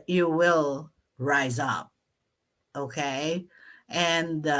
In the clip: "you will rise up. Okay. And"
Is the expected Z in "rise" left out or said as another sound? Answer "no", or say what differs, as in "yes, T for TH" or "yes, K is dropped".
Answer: no